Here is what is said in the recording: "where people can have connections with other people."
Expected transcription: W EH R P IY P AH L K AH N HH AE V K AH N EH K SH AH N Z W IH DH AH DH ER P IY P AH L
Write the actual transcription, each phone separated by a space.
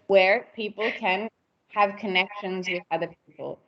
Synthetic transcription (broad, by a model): W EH R P IY P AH L K AH N HH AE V K AH N EH K SH AH N Z W IH DH AH DH ER P IY P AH L